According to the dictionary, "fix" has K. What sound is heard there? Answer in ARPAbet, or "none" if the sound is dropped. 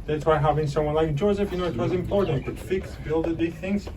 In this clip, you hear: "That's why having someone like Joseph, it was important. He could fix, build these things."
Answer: K